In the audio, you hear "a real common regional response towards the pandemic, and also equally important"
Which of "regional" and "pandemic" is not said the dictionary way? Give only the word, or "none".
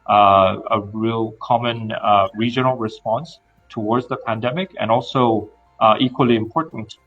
none